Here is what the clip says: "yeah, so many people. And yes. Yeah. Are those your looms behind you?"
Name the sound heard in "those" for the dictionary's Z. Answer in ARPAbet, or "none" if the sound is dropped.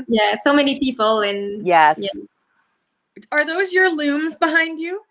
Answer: Z